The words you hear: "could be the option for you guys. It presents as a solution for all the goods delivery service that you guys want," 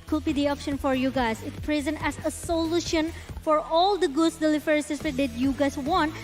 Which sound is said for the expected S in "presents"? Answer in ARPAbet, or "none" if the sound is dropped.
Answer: none